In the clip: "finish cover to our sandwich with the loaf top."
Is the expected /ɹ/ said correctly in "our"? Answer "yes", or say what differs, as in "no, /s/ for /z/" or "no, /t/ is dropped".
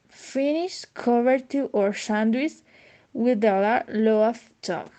yes